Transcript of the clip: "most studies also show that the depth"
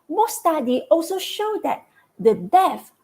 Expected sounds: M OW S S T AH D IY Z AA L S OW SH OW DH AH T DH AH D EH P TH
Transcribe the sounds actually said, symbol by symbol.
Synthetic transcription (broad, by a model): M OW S S T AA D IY AA L S OW SH OW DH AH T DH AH D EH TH